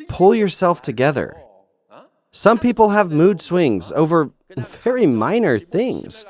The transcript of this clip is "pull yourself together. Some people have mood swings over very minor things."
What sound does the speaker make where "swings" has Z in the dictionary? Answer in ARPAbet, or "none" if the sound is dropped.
Z